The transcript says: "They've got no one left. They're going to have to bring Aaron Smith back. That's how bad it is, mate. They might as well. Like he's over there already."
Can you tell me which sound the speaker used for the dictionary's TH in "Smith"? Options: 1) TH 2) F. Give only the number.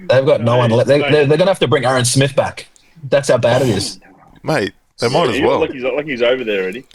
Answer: 1